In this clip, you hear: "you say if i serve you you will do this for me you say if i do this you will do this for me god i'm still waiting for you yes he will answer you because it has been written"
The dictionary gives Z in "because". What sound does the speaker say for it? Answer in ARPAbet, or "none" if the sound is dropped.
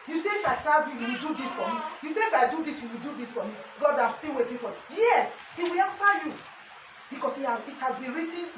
S